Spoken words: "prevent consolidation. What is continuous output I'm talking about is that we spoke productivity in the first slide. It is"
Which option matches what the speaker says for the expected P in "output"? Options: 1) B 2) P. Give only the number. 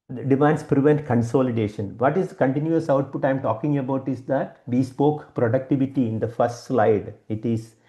2